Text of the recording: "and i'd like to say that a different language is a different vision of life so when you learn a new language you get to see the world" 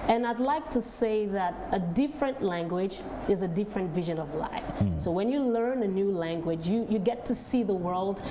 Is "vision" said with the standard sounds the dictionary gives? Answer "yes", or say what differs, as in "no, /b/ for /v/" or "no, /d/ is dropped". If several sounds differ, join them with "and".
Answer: yes